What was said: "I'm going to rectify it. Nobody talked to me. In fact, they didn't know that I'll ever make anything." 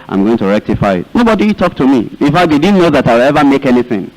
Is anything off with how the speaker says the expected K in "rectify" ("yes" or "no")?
no